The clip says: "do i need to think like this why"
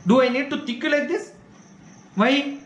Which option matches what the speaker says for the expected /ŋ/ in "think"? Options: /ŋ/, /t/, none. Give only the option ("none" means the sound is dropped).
none